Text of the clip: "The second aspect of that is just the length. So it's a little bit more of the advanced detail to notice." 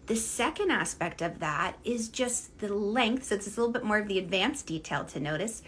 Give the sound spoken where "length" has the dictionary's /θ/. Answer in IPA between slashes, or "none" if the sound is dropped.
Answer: /θ/